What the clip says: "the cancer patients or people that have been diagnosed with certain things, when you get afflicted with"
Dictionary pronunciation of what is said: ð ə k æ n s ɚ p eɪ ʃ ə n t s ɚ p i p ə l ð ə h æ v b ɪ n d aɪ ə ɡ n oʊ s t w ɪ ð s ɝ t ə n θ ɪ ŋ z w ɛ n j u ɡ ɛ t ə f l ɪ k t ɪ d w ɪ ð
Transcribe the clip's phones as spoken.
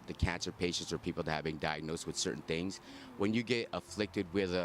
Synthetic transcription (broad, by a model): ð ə k æ n s ɚ p eɪ ʃ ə n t s ɚ p i p l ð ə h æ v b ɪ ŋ d aɪ ə ɡ n oʊ s t w ɪ ð s ɝ t n θ ɪ ŋ z w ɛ n j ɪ ɡ ɛ t ə f l ɪ k t ɪ d w ɪ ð